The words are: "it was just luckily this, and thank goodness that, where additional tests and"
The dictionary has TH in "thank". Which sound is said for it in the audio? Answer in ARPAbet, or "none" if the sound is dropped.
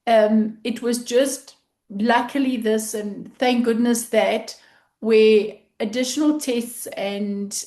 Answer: TH